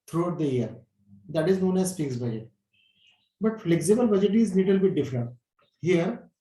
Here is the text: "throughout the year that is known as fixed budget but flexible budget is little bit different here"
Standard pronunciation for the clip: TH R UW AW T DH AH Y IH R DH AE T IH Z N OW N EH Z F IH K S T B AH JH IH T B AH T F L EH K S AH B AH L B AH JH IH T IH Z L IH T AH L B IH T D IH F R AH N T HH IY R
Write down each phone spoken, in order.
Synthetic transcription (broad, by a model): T R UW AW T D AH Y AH R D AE T IH Z N OW N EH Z P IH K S B AH JH IH T B AH T F L EH K S AH B AH L B AH JH IH T IH Z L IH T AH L B IH T D IH F R AH N T HH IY R